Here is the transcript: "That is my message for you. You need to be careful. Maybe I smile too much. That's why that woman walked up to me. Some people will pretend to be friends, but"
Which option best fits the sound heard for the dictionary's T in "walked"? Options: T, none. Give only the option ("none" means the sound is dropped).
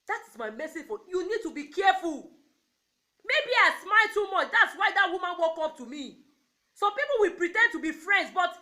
none